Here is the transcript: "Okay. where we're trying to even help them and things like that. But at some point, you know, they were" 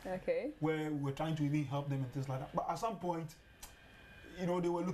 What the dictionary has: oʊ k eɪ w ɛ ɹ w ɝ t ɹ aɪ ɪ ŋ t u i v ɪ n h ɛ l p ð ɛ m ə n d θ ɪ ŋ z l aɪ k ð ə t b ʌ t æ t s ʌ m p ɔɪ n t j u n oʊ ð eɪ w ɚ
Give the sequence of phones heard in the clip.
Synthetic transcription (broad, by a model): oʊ k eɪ w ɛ w w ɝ t ɹ aɪ ɪ ŋ t u i v ɪ n h ɛ l p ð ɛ m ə n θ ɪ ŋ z l aɪ k ð ə t b ʌ t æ t s ʌ m p ɔɪ n t j u n oʊ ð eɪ w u